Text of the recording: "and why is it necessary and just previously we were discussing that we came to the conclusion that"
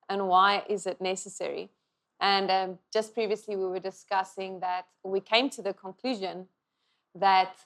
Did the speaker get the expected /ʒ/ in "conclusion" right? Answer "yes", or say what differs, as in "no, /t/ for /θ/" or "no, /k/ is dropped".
yes